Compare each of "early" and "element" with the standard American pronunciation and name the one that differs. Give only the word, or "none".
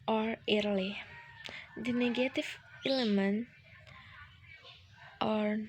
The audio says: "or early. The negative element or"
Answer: none